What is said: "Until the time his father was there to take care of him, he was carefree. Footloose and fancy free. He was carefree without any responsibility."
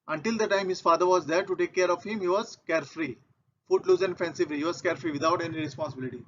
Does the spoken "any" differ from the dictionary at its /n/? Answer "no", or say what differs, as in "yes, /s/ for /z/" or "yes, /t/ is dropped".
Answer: no